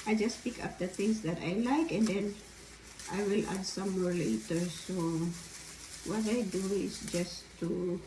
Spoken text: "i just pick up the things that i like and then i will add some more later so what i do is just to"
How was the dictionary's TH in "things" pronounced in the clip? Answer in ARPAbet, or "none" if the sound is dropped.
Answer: T